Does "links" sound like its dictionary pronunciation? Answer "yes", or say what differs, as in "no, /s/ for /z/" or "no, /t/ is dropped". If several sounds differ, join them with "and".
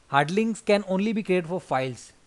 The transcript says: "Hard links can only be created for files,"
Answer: no, /k/ is dropped